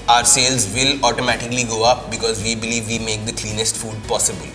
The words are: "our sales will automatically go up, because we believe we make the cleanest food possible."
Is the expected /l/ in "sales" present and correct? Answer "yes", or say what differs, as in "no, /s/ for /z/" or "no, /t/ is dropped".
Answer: yes